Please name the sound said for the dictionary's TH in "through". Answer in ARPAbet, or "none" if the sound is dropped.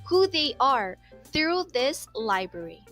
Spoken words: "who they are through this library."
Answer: TH